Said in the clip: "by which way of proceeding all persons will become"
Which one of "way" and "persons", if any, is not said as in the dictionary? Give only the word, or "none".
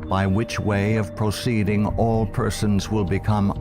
none